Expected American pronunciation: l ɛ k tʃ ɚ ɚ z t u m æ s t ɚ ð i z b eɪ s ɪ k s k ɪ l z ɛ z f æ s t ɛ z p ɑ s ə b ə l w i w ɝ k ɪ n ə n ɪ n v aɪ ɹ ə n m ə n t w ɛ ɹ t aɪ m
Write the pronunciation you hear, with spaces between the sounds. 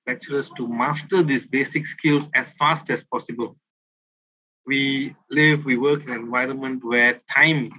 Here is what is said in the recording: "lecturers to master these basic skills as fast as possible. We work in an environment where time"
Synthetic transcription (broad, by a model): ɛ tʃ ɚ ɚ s t u m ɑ s t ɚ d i s b eɪ s ɪ k s k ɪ l s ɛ s f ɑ s t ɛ s p ɑ s ə b ə l w i w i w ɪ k ə n ɪ n v aɪ ɹ ə n m ə n t w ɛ t aɪ m